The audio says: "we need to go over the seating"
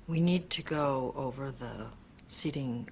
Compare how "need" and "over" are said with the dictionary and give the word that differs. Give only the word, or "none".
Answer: none